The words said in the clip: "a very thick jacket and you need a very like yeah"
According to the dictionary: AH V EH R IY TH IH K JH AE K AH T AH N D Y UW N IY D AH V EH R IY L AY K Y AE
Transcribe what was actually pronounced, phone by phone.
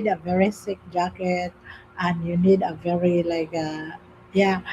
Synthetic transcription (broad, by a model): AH V EH R IY S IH K JH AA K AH T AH N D Y UW N IY D AH V EH R IY L AY K Y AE